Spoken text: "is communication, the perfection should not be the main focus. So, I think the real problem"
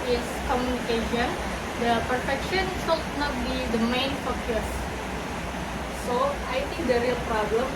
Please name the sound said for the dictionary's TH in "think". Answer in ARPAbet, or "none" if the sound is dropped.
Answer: T